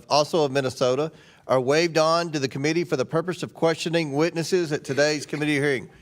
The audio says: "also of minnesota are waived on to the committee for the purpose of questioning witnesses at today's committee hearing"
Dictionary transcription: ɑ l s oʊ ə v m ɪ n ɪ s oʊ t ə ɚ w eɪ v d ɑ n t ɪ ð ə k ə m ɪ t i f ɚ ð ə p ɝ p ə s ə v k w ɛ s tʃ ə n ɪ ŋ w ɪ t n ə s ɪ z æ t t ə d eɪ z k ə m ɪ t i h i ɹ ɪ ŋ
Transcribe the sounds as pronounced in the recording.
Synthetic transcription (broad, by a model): ɑ l s oʊ ə v m ɪ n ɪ s oʊ t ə ɚ w eɪ v d n t ɪ ð ə k ə m ɪ t i f ɚ ð ə p ɝ p ə s ə v k w ɛ s tʃ ə n ɪ ŋ w ɪ t n ə s ɪ z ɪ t t ə d eɪ z k ə m ɪ t i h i ɹ ɪ ŋ